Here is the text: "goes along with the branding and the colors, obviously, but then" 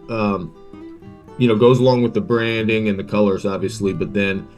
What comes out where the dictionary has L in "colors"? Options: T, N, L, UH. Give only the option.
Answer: L